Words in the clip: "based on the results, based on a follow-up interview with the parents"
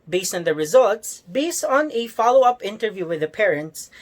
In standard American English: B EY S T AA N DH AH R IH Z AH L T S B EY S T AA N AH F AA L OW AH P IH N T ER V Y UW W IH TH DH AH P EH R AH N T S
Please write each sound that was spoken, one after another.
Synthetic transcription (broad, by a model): B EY S AA N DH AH R IH Z AH L T S B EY S AA N AH F AA L OW AH P IH N T ER V Y UW W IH DH AH P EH R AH N T S